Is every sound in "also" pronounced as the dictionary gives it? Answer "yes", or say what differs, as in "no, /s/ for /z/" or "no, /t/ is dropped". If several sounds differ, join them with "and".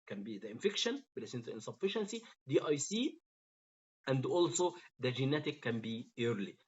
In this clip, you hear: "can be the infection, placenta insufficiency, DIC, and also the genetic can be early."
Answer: yes